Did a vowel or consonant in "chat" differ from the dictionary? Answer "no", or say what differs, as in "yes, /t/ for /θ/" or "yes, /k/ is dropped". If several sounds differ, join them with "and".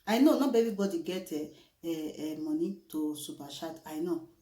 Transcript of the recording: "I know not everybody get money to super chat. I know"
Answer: yes, /ʃ/ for /tʃ/